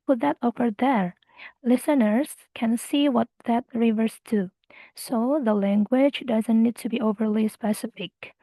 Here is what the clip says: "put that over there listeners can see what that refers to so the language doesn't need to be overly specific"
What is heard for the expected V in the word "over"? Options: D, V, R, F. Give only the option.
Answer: F